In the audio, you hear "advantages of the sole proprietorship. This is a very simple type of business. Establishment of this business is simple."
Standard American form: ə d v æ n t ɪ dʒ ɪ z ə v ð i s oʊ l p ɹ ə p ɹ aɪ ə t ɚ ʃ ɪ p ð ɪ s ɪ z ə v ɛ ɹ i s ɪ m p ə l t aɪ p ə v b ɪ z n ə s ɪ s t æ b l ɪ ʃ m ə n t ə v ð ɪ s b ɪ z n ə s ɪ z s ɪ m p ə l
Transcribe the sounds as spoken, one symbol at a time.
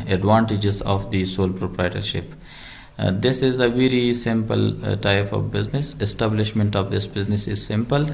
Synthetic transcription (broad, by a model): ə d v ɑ n t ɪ dʒ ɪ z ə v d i s oʊ l p ɹ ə p ɹ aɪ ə t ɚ ʃ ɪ p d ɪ s ɪ z ə v ɛ ɹ i s ɪ m p ə l t aɪ p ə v b ɪ z n ə s ɪ s t æ b l ɪ ʃ m ə n t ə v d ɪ s b ɪ z n ə s ɪ z s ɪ m p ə l